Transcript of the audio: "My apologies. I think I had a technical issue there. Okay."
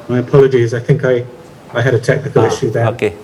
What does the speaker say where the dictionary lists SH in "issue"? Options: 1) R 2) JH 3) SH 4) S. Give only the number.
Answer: 3